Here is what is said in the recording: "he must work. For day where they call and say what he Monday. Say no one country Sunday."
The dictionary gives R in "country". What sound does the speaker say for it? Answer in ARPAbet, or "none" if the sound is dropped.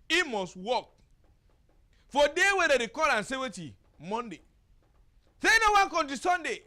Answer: none